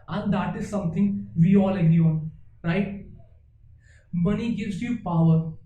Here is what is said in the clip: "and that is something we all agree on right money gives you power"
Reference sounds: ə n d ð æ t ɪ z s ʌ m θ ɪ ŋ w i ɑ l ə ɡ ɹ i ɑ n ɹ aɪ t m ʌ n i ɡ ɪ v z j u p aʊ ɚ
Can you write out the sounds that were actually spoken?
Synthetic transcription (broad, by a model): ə n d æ t ɪ z s ʌ m t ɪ ŋ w i ɑ l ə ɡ i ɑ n ɹ aɪ t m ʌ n i ɡ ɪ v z j u p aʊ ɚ